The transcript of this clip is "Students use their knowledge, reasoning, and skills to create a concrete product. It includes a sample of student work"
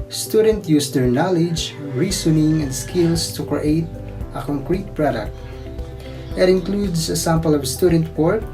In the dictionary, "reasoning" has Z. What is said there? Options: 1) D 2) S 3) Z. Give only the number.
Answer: 2